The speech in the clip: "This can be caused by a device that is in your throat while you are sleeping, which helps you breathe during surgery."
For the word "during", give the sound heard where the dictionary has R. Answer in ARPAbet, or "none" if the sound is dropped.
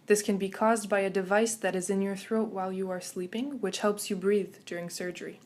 R